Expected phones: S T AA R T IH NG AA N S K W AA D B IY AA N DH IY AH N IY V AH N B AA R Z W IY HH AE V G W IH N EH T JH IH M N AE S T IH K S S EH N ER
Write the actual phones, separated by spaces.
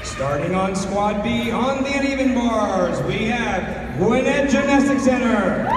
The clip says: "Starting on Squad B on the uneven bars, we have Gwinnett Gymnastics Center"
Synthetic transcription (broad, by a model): S T AA R T IH NG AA N S K W AA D B IY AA N DH IY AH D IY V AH N B AA R Z W IY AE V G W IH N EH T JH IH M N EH S T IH K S S EH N ER